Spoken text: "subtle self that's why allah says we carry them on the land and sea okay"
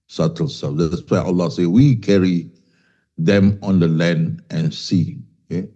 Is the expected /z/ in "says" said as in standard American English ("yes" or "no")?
no